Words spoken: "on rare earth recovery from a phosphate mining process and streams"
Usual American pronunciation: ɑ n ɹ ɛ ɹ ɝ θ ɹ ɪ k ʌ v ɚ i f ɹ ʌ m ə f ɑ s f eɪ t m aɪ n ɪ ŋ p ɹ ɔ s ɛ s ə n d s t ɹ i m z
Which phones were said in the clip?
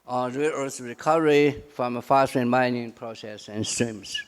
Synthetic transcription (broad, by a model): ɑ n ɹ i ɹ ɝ s ɹ ɪ k ʌ v ɚ i f ɹ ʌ m ə f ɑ s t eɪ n m aɪ n ɪ ŋ p ɹ ɔ s ɛ s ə n s t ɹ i m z